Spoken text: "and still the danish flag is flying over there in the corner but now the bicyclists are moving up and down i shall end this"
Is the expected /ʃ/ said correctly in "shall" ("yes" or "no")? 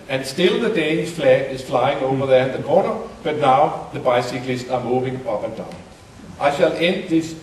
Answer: yes